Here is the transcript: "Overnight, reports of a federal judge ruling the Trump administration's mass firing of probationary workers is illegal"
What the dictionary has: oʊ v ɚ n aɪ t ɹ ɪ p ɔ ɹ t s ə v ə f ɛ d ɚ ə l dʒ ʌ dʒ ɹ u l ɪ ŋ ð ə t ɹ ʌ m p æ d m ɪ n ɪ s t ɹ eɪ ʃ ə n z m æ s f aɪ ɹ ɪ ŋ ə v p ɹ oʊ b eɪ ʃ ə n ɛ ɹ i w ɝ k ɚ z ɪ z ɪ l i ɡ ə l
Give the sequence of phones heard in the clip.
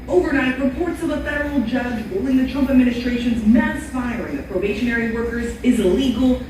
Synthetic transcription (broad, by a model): oʊ v ɚ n aɪ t ɹ ɪ p ɔ ɹ t s ə v ə f ɛ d ɚ l dʒ ʌ dʒ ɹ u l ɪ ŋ ð ə t ɹ ʌ m p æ d m ɪ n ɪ s t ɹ eɪ ʃ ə n z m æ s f aɪ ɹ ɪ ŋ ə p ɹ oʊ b eɪ ʃ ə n ɛ ɹ i w ɝ k ɚ z ɪ z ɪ l i ɡ l